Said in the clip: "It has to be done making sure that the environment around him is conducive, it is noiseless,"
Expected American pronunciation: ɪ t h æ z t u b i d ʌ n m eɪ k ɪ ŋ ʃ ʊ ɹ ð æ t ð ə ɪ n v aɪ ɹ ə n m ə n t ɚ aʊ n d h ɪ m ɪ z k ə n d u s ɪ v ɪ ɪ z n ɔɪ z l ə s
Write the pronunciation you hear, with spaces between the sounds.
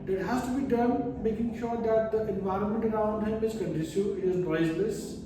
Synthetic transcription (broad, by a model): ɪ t h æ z t u b i d ʌ n m eɪ k ɪ ŋ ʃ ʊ ɹ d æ t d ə ɪ n v aɪ ɹ ə n m ə n t ɚ aʊ n d h ɪ m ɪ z k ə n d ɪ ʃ ɪ ɪ z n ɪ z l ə s